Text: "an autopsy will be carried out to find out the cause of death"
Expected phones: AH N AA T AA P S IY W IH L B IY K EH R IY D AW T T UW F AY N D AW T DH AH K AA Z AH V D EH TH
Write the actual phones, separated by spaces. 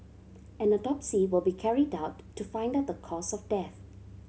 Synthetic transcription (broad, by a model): AH N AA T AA P S IY W IH L B IY K EH R IY D AW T T UW F AY N D AW T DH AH K AA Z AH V D EH TH